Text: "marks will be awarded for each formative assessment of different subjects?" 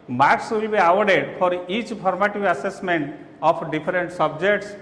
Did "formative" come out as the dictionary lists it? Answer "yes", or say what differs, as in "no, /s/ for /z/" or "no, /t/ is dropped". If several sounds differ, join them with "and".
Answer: no, /p/ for /f/